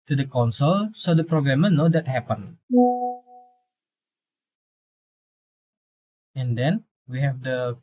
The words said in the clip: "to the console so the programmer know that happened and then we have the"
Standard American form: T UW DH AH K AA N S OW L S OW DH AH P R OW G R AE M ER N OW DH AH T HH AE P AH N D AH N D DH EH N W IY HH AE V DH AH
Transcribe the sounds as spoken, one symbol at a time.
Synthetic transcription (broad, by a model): T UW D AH K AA N S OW L S OW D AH P R OW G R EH M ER N OW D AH T HH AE P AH N AH N D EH N W IY HH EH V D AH